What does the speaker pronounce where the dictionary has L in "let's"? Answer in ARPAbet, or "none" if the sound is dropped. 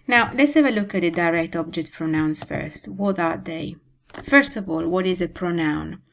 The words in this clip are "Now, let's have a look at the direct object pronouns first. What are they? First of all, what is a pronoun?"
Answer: L